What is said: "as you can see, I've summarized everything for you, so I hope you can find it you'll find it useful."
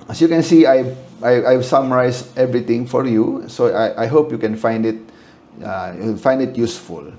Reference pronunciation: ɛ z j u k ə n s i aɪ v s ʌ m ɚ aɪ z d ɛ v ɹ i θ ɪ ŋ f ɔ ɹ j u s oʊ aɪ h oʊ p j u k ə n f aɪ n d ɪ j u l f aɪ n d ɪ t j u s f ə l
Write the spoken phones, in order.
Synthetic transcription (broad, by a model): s j u k ə n s i aɪ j s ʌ m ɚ aɪ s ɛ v ɹ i t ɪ ŋ f ɔ ɹ j u s oʊ aɪ h oʊ p j u k ə n f aɪ n d ɪ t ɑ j f aɪ n d ɪ t j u s f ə l